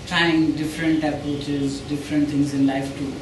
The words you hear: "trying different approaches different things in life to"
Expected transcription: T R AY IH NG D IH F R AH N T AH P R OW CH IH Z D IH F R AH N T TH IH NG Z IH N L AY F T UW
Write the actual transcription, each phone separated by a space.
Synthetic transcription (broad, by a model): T R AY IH NG D IH F R AH N T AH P OW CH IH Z D IH F R AH N T T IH NG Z IH N L AY F T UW